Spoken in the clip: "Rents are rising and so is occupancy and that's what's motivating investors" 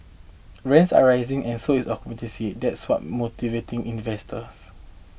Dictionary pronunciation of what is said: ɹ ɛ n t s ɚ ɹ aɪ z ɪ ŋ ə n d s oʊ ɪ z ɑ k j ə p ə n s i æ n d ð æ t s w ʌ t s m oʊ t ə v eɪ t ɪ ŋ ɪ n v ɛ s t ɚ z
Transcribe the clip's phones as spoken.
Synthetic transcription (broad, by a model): ɹ ɛ n t s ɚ ɹ aɪ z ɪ ŋ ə n s oʊ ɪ s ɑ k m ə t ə s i d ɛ t s w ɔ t m oʊ t ə v eɪ t ɪ ŋ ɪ n v ɛ s t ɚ s